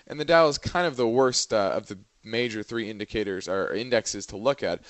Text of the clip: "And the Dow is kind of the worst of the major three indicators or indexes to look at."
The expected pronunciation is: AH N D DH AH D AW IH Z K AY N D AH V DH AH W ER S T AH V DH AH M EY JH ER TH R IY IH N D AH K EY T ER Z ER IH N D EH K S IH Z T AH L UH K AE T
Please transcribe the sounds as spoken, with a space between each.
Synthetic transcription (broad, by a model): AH N DH AH D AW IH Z K AY N D AH V DH AH W ER S T AH V DH AH M EY JH ER TH R IY IH N D AH K EY T ER Z ER IH N D EH K S IH Z T AH L UH K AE T